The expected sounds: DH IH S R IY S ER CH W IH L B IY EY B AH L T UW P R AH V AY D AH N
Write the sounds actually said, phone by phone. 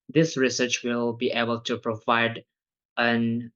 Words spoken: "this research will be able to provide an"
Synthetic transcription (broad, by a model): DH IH S R IY S ER CH W IH L B IY EY B AH L T UW P R AH V AY D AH N